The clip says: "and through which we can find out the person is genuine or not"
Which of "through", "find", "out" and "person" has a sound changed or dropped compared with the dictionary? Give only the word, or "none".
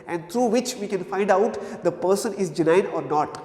through